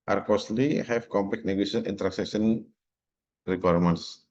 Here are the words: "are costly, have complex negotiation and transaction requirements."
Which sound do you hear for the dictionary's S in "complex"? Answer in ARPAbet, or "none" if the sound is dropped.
none